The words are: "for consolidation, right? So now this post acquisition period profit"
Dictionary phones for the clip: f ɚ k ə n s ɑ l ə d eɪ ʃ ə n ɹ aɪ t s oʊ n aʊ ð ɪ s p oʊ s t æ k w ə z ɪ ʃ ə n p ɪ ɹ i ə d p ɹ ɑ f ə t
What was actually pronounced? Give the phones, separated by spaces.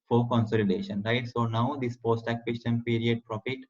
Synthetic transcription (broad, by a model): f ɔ k ə n s ɑ l ə d eɪ ʃ ə n ɹ aɪ t s oʊ n aʊ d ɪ s p oʊ s t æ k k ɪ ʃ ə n p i ɹ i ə d p ɹ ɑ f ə t